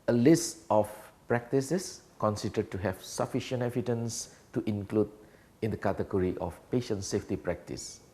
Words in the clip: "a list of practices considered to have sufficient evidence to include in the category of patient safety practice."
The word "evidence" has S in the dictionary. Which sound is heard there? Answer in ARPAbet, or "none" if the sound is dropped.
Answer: S